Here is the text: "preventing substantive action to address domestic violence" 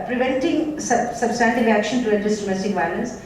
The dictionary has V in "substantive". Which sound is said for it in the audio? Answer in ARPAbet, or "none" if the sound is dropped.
none